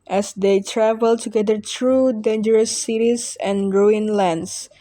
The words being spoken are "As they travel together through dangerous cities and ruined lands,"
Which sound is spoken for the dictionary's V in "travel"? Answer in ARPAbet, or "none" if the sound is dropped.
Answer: V